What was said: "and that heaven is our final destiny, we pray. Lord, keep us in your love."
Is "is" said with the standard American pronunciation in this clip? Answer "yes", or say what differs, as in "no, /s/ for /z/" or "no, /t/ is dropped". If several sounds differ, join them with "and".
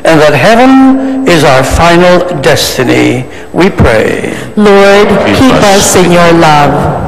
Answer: yes